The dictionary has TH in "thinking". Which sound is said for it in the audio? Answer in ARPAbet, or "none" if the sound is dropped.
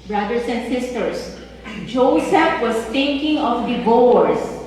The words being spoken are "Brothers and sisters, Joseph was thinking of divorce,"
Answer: T